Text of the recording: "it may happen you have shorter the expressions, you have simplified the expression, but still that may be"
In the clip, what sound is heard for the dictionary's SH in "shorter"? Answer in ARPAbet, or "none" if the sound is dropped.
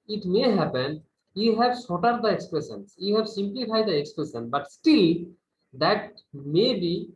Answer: S